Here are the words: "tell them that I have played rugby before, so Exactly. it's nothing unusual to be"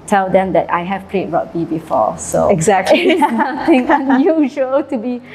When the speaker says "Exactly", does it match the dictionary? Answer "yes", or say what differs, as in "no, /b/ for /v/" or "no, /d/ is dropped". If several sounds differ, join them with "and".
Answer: no, /l/ is dropped